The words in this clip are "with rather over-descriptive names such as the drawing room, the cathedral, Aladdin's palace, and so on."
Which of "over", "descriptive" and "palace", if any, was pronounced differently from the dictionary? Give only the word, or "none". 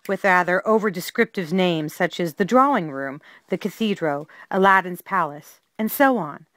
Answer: none